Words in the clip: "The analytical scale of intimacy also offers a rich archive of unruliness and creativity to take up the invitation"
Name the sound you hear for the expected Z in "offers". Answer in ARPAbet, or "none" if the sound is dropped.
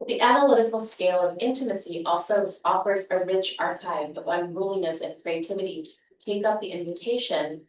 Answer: Z